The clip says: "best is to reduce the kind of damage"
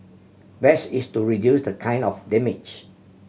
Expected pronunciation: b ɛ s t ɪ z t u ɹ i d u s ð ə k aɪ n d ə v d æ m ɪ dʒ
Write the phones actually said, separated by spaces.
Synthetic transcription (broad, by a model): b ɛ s ɪ s t u ɹ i d u s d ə k aɪ n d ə f d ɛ m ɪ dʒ